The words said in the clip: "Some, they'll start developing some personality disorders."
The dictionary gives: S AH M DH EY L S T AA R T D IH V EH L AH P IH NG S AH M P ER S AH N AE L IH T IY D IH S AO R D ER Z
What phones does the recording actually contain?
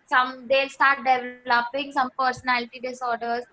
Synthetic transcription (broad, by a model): S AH M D EY L S T AA R T D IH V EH L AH P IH NG S AH M P ER S AH N AE L IH T IY D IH S AO R D ER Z